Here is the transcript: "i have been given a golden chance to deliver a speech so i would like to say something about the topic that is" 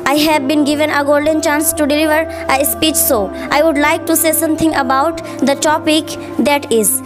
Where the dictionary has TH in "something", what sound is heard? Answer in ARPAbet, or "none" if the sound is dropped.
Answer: T